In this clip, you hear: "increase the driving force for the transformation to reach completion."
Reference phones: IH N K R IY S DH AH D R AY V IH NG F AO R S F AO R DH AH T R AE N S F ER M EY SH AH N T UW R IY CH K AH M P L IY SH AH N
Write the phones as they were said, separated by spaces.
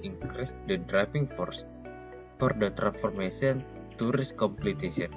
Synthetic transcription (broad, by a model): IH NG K R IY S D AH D R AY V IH NG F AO R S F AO R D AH T R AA N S F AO M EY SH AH N T UW R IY S K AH M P L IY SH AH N